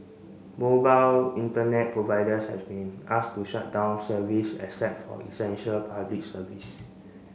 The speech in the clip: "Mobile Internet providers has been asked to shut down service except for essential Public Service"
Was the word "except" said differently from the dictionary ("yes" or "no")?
yes